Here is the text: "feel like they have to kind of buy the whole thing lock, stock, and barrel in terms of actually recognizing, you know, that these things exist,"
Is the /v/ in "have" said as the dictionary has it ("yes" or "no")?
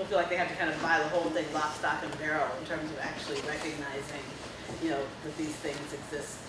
no